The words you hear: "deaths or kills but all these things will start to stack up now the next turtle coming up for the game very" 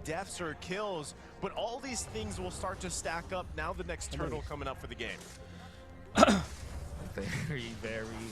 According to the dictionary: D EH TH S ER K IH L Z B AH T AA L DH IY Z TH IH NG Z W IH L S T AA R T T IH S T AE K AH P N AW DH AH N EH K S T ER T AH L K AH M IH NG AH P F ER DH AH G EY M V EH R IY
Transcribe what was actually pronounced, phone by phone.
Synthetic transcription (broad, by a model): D EH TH S ER K IH L Z B AH T AA L DH IY Z TH IH NG Z W IH L S T AA R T T IH S T AE K AH P N AW DH AH N EH K S T ER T L K AH M IH NG AH P F ER DH AH G EY M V EH R IY